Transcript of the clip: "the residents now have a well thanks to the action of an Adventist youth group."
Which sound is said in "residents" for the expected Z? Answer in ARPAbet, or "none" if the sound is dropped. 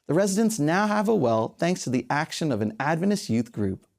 Z